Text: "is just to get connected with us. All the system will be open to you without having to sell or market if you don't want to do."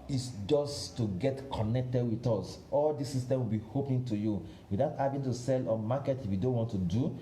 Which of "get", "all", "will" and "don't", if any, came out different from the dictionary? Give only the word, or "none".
none